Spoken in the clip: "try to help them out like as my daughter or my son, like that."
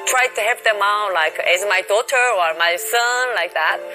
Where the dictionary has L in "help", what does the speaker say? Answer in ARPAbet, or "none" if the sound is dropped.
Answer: none